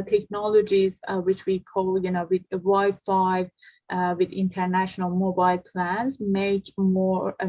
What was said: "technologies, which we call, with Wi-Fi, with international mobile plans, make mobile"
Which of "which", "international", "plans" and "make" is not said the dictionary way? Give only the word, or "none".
none